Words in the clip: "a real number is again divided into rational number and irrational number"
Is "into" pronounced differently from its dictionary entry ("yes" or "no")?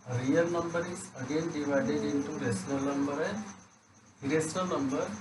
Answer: no